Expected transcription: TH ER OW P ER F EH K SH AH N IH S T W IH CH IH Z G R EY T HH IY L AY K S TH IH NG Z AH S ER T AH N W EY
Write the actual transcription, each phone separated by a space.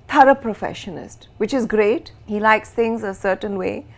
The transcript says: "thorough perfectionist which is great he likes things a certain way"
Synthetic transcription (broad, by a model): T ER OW P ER F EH SH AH N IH S T W IH CH IH Z G R EY T HH IY L AY K S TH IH NG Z AH S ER T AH N W EY